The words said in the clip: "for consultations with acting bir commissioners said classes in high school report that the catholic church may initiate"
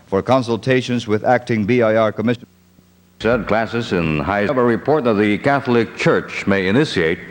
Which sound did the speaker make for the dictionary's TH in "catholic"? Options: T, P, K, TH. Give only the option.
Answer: TH